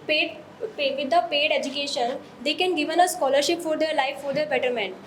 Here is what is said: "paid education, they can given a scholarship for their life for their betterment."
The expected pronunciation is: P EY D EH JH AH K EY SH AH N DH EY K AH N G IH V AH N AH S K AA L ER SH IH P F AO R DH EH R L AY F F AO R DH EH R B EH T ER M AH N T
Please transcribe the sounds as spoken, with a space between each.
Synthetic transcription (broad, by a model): P EY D EH JH AH K EY SH AH N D EY K AH N G IH V AH N AH S K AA L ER SH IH P F AO R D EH R L AY F F AO R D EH R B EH T ER M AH N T